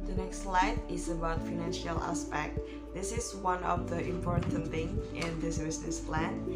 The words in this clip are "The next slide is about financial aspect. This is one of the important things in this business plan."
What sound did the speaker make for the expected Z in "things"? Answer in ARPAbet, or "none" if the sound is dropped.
none